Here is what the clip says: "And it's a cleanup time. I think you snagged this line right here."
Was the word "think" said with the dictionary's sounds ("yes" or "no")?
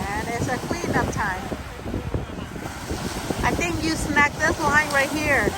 yes